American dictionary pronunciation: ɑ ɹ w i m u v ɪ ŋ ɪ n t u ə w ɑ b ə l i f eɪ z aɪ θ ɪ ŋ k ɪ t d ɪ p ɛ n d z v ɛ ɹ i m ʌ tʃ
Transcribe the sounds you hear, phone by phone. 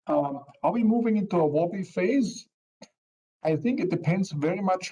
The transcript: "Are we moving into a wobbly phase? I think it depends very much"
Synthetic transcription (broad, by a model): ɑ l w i m u v ɪ ŋ ɪ n t u ə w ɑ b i f eɪ z aɪ θ ɪ ŋ k ɪ t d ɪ p ɛ n d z v ɛ ɹ i m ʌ tʃ